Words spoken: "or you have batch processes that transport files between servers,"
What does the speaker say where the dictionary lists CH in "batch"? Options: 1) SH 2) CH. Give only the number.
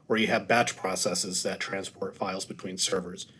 2